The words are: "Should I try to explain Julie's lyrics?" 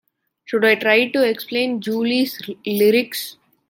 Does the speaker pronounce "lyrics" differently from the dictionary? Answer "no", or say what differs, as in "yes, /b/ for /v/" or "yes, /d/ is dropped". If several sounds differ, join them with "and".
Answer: no